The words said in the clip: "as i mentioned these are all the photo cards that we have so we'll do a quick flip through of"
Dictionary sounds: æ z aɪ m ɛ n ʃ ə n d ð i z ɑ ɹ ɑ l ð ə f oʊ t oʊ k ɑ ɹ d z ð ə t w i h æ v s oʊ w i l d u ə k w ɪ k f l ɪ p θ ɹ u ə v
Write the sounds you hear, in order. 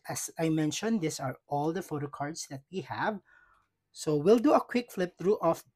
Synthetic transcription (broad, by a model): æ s aɪ m ɛ n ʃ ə n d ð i s ɑ ɹ ɑ l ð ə f oʊ t oʊ k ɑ ɹ d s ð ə t w i h æ v s oʊ w i l d u ə k w ɪ k f l ɪ p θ ɹ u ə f